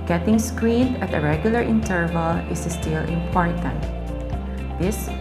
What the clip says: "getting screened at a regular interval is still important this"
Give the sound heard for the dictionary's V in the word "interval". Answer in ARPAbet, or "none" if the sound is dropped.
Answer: V